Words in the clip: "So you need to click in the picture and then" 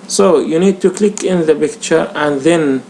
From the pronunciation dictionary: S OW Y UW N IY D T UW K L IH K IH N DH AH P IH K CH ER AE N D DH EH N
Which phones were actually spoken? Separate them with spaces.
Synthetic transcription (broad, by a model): S OW Y UW N IY D T UW K L IH K IH N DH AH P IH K CH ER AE N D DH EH N